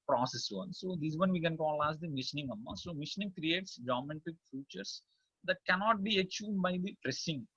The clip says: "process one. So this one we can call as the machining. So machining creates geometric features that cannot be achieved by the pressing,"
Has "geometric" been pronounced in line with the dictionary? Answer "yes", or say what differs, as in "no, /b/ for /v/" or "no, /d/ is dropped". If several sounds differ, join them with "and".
no, /ɹ/ is dropped